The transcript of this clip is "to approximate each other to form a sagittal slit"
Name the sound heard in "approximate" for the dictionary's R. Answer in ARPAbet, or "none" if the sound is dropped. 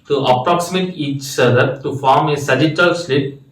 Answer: R